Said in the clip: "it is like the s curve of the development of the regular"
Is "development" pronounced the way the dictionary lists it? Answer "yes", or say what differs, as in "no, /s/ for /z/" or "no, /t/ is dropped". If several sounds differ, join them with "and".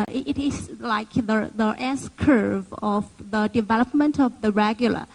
yes